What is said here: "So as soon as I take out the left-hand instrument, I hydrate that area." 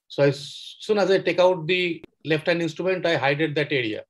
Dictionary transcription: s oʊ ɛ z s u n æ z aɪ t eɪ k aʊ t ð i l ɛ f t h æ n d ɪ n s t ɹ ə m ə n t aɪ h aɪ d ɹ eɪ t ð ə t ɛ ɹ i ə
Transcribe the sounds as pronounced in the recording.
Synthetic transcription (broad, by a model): s oʊ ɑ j s u n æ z aɪ t eɪ k aʊ t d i l ɛ f t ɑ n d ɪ n s t ɹ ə m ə n t aɪ h aɪ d eɪ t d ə t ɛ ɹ i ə